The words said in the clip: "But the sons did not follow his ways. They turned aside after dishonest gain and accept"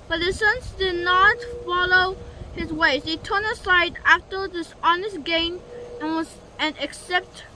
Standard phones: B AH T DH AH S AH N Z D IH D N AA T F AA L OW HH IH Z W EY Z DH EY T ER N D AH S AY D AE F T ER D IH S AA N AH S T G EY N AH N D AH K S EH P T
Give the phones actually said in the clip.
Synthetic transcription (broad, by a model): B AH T DH AH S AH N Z D IH D N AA T F AA L OW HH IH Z W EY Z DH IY T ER N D AH S AY D AE F T ER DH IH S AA N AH S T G EY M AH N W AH K S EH P T